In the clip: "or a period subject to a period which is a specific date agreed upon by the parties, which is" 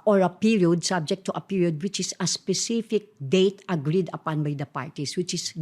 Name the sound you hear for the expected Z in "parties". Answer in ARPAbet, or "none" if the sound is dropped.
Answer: S